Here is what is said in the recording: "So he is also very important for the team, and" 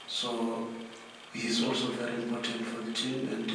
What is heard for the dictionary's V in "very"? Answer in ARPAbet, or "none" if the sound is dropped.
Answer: V